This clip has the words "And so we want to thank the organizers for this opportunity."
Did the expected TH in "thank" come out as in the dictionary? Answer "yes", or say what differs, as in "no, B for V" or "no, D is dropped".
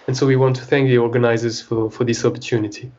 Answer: yes